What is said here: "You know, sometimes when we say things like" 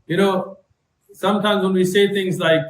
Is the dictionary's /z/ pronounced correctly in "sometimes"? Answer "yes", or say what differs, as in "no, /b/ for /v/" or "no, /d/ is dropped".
yes